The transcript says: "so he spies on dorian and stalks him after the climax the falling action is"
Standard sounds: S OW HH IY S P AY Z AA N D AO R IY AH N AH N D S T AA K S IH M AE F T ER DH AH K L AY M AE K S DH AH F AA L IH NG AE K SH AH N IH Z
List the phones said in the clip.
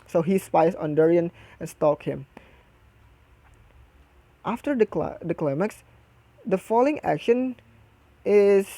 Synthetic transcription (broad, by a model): S OW HH IY S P AY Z AA N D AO R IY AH N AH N S T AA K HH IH M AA F T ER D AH K L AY M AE K S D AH F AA L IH NG AE K SH AH N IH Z